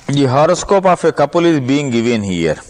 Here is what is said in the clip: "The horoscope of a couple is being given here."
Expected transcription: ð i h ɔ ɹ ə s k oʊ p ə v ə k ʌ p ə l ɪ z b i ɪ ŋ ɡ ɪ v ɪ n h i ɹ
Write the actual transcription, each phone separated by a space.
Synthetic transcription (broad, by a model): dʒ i h ɔ ɹ ə s k oʊ p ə f ə k ʌ p ə l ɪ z b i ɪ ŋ ɡ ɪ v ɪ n h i ɹ